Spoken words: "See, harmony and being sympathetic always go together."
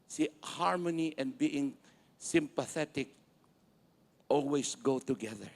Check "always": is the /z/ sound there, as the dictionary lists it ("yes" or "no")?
no